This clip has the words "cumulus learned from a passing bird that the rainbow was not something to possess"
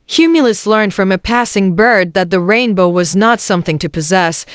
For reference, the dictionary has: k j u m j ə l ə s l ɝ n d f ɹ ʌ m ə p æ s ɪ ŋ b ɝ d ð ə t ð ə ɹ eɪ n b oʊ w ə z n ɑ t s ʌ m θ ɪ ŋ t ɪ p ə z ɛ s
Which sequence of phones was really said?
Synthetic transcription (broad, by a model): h j u m j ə l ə s l ɝ n d f ɹ ʌ m ə p æ s ɪ ŋ b ɝ d ð ə t ð ə ɹ eɪ n b oʊ w ə z n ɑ t s ʌ m θ ɪ ŋ t ɪ p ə z ɛ s